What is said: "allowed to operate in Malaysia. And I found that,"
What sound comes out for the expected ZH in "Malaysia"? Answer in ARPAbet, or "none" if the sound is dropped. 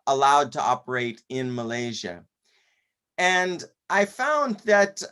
ZH